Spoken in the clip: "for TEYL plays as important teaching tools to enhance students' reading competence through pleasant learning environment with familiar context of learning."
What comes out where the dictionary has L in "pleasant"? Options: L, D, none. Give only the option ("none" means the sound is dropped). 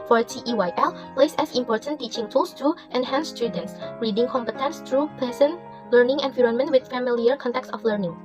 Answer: none